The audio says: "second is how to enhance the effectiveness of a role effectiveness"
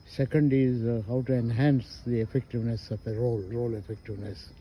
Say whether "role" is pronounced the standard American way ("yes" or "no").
yes